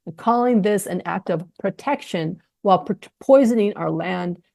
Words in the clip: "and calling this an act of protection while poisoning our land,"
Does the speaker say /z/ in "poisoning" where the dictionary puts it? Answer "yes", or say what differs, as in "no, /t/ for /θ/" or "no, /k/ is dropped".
yes